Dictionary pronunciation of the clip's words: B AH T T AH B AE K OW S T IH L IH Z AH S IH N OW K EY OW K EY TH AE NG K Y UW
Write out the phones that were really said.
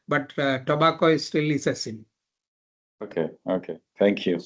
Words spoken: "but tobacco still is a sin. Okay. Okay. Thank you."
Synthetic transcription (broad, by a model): B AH T T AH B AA K OW S T IH L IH S AH S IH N OW K EY OW K EY T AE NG K Y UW